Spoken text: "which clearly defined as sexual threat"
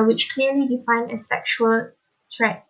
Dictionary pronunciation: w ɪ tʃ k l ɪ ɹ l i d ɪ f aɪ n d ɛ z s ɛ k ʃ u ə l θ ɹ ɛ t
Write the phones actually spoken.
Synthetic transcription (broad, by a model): w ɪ tʃ k l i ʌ l i d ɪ f aɪ n ɛ s ɛ k ʃ u ə l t ɹ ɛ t